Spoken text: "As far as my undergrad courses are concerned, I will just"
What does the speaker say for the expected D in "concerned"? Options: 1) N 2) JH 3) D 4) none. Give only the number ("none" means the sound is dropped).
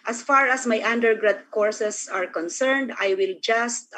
3